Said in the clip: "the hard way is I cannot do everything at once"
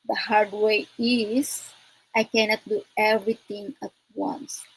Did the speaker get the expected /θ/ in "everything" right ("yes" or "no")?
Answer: no